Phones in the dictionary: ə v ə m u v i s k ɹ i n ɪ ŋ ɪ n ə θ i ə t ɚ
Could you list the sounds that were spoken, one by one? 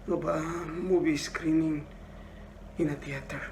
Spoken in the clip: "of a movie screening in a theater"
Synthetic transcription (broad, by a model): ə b ə m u b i s k ɹ i n ɪ ŋ ɪ n ə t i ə t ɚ